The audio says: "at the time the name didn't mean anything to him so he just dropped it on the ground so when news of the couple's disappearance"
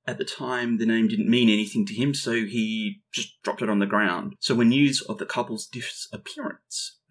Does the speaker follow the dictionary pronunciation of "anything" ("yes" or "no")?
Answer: yes